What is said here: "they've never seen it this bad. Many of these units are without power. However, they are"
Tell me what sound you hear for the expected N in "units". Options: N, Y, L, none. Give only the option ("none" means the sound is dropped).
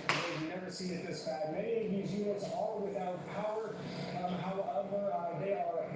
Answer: none